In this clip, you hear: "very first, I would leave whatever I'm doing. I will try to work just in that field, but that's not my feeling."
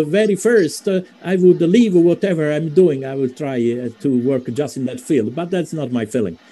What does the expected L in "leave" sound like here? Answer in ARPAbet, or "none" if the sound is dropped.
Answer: L